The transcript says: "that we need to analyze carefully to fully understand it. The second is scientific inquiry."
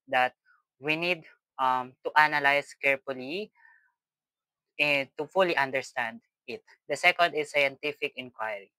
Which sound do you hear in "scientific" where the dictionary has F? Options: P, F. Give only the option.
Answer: F